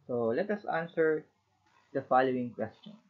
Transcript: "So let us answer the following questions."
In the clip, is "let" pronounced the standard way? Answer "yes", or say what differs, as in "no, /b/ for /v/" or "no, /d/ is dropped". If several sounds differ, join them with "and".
yes